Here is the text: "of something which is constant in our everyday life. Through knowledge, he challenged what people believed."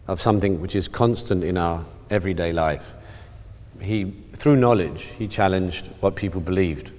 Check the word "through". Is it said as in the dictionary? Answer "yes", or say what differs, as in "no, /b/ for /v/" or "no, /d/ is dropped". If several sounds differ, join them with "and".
yes